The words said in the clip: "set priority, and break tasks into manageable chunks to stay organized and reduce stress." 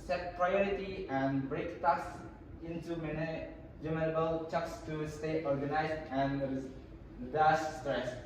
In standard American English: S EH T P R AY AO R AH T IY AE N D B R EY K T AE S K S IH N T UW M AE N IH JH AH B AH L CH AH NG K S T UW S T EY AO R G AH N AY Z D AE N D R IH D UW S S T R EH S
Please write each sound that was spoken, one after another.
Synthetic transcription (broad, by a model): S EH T P R AY AO R AH T IY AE N D B R EY K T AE K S IH N T UW M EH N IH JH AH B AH L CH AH K S T UW S T EY AO R G AH N AY Z D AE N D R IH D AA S S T R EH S